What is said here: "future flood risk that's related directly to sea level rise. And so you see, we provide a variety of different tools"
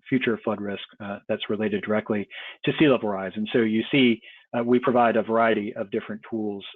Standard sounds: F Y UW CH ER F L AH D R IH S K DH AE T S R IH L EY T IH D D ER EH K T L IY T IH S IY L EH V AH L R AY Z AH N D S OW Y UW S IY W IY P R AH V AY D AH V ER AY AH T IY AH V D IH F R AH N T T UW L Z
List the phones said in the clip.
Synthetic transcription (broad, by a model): F Y UW CH ER F L AH D R IH S K DH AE T S R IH L EY T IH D D ER EH K T L IY T IH S IY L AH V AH R AY Z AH N S OW Y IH S IY W IY P R AH V AY D AH V ER AY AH T IY AH V D IH F R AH N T T UW L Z